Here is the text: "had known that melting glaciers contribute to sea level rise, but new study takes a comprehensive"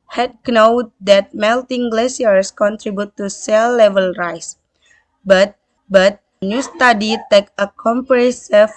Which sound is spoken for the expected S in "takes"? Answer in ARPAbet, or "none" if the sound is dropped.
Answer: none